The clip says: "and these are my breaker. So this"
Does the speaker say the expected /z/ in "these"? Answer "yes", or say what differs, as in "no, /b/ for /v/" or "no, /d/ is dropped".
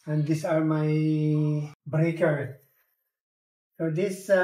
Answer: no, /s/ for /z/